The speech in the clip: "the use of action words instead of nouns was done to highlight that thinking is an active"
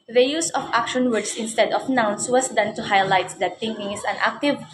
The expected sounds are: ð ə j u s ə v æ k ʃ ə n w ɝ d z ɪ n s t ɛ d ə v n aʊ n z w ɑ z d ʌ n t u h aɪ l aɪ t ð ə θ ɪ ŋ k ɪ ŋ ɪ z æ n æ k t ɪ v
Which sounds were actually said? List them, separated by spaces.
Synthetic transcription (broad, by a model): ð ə j u s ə f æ k ʃ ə n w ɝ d s ɪ n s t ɛ d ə f n aʊ n s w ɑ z d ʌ n t u h aɪ l aɪ t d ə t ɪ ŋ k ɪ ŋ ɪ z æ n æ k t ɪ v